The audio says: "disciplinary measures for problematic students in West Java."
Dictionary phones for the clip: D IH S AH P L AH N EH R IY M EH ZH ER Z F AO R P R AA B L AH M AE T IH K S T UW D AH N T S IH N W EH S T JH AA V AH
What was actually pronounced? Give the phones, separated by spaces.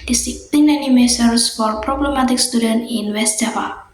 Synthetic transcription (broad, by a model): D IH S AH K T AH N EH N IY M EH S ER S F AO R P R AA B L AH M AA T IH K S T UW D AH N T IH N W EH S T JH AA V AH